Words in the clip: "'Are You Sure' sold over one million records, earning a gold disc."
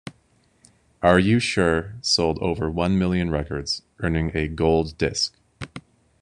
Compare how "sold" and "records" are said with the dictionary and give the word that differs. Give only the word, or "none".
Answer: none